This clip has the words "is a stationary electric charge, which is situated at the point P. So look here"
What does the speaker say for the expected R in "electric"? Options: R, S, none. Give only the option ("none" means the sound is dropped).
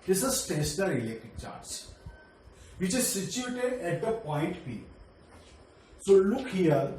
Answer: none